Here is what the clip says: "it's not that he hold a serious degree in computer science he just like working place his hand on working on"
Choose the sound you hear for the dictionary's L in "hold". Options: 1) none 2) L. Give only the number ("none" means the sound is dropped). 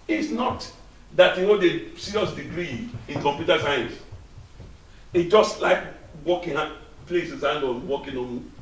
1